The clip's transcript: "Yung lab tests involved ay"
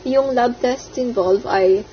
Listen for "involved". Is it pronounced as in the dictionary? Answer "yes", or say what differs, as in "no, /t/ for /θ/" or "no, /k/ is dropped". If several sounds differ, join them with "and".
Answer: no, /d/ is dropped